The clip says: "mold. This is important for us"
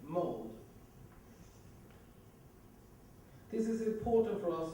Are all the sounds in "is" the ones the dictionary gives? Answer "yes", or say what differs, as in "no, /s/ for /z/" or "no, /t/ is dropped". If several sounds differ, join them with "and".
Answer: yes